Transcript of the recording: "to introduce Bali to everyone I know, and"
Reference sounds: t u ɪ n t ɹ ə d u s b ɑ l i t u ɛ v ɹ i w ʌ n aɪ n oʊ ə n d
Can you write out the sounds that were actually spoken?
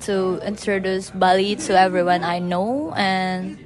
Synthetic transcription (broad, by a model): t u ɪ n t ɹ ə d u s b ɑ l i t u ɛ v ɹ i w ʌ n aɪ n oʊ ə n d